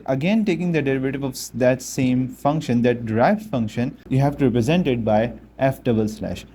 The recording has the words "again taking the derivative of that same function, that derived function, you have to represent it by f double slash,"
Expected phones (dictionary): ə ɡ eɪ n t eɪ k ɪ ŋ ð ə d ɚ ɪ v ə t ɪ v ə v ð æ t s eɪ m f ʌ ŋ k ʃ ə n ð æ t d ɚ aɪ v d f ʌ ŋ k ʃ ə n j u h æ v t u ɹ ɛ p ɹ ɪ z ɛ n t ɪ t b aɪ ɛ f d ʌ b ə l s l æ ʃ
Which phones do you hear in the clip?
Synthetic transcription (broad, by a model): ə ɡ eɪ n t eɪ k ɪ ŋ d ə d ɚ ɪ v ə t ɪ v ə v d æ t s eɪ m f ʌ ŋ k ʃ ə n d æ t d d aɪ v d f ʌ ŋ k ʃ ə n j u h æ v t u ɹ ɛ p ɹ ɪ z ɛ n t ɪ t b aɪ ɛ f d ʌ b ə l s l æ ʃ